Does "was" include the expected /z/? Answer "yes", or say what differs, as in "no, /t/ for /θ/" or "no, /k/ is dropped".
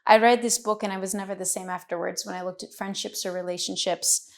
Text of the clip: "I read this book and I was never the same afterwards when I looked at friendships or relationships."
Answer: yes